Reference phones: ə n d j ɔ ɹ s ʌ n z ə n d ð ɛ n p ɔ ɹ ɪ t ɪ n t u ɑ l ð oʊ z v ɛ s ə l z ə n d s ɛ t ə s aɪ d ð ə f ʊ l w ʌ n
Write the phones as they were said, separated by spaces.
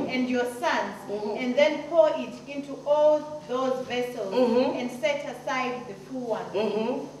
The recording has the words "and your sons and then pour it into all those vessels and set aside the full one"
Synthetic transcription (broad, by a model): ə n d j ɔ s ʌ n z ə n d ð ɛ n p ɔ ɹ ɪ t ɪ n t u ɑ l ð oʊ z v ɛ s ə l z ə n d s ɛ t ə s aɪ d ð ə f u w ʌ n